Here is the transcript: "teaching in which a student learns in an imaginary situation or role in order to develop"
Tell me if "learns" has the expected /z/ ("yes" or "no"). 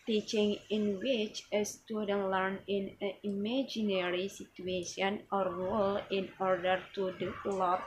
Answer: no